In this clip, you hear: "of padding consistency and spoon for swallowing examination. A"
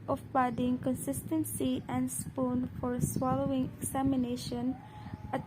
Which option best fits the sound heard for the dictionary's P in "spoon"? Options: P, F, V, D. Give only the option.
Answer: P